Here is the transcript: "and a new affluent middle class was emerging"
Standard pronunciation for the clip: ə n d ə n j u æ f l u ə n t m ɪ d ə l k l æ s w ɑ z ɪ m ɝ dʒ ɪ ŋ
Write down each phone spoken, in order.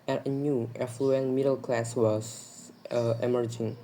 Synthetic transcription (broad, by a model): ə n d ə n j u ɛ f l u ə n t m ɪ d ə l k l æ s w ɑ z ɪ m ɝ dʒ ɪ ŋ